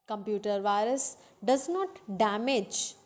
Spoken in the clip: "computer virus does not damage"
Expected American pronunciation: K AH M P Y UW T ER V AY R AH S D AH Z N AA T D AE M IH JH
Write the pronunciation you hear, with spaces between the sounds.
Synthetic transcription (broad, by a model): K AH M P Y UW T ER V AY R AH S D AH Z N AA T D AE M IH JH